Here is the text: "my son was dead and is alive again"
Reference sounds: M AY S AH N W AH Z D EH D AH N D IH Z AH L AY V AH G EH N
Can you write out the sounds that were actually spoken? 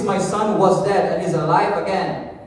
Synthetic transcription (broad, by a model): M AY S AH N W AH Z D EH D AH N IH Z AH L AY V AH G EH N